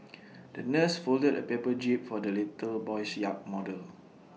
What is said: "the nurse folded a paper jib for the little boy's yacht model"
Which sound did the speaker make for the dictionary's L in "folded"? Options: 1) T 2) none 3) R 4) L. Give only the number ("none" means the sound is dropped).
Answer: 4